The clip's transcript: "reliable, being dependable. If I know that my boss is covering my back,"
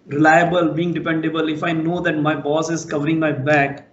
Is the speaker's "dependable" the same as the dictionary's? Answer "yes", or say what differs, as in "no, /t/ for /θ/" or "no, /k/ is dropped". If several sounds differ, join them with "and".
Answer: yes